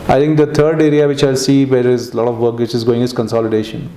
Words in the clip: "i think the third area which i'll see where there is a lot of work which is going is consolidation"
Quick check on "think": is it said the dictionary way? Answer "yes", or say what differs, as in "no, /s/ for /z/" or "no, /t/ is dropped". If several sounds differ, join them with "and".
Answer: no, /t/ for /θ/